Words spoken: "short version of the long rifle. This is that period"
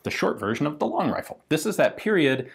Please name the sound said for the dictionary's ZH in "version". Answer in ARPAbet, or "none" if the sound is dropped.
ZH